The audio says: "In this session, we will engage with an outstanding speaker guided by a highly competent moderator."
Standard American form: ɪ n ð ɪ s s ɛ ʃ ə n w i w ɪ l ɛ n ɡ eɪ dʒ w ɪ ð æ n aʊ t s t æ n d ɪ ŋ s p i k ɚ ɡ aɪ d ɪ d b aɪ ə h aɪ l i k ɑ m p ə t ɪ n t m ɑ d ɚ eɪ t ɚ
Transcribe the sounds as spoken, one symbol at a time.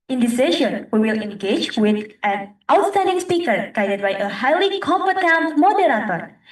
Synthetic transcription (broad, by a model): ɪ n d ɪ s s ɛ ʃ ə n w i w ɪ l ɛ n ɡ eɪ dʒ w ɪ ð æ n aʊ t s t æ n d ɪ ŋ s p i k ɚ ɡ aɪ d ɪ d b aɪ ə h aɪ l i k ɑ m f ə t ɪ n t m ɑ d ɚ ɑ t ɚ